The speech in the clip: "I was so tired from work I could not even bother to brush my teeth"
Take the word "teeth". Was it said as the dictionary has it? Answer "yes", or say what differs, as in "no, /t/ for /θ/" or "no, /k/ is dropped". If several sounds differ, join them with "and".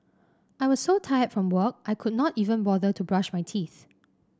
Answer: yes